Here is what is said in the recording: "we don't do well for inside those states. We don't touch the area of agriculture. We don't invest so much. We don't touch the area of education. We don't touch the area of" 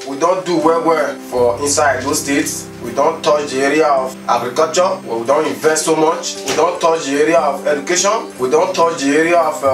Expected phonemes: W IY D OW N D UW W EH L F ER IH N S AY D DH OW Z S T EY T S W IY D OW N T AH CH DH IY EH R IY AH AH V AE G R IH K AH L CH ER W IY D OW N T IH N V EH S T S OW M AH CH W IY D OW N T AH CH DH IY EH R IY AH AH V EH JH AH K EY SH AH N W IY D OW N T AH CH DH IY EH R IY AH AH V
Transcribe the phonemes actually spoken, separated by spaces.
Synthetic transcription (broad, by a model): W IY D OW N D UW W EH W F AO IH N S AY D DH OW S T EY T S W IY D OW N T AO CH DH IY EH R IY AH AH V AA G R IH K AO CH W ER W IY D OW N T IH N V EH S T S OW M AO CH W IY D OW N T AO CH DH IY EH R IY AH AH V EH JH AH K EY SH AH N W IY D OW N T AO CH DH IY EH R IY AH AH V